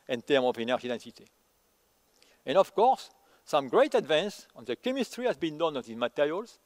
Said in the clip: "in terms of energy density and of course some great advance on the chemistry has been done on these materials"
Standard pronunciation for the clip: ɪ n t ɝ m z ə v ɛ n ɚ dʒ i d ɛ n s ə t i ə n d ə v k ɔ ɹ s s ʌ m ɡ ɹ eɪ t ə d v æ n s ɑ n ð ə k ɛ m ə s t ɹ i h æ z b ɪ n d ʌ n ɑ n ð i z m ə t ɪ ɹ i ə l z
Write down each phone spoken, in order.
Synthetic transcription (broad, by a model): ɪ n t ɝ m ə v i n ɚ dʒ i d ɛ n s ə t i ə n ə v k ɔ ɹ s s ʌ m ɡ ɹ eɪ t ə d v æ n s ɑ n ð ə k ɛ m ə s t ɹ i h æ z b ɪ n d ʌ n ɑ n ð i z m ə t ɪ ɹ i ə l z